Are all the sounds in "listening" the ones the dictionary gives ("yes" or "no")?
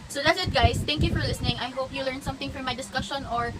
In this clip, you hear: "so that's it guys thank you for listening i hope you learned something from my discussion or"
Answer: yes